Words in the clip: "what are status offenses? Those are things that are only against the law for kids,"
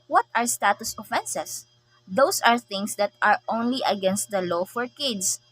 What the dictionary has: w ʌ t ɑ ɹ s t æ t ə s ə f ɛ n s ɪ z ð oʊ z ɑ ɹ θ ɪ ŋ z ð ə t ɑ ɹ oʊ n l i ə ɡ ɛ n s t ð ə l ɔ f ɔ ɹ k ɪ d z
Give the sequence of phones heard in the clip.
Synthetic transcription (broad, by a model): w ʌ t ɑ ɹ s t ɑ t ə s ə f ɛ n s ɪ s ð oʊ s ɑ ɹ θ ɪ ŋ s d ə t ɑ ɹ oʊ n l i ə ɡ ɛ n s t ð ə l ɔ f ɔ ɹ k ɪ d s